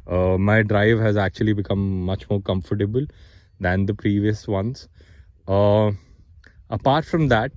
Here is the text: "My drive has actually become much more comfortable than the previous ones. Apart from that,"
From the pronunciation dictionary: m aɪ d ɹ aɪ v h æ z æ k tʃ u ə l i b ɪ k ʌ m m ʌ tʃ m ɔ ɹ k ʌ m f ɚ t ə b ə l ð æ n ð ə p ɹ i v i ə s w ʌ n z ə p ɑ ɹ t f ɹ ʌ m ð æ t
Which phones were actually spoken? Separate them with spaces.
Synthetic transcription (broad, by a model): m aɪ d ɹ aɪ v h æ z æ k tʃ u ə l i b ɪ k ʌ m m ʌ tʃ m ɔ ɹ k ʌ m f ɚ t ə b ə l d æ n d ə p ɹ i v i ə s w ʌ n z ə p ɑ ɹ t f ɹ ʌ m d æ t